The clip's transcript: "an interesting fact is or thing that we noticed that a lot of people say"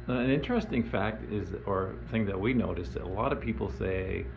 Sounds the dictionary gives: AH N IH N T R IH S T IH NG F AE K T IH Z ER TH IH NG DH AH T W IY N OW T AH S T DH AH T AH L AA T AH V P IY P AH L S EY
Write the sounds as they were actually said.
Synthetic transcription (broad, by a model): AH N IH N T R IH S T IH NG F AE K T IH Z ER TH IH NG DH AH T W IY N OW T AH S DH AH T AH L AA T AH V P IY P L S EY